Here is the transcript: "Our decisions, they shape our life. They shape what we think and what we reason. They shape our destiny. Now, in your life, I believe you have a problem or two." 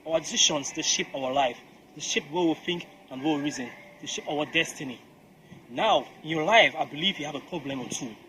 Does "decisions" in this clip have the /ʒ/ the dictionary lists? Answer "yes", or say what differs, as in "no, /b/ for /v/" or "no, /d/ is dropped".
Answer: no, /ʃ/ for /ʒ/